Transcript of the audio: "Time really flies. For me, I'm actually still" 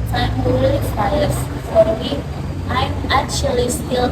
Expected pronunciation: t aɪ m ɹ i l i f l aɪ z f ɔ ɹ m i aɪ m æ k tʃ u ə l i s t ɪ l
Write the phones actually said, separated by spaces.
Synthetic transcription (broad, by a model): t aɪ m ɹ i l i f aɪ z f ɔ ɹ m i aɪ m æ k tʃ u ə l i s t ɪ l